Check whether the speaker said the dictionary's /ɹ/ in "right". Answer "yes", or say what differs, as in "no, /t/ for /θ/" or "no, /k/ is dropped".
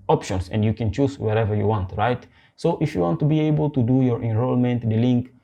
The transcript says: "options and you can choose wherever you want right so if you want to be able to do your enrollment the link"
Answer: yes